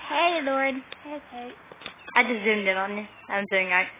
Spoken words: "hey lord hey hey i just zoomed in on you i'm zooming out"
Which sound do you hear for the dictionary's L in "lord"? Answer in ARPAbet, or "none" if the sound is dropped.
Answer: L